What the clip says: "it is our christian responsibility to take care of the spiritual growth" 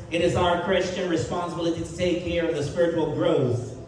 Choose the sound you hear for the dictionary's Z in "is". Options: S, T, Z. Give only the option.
Z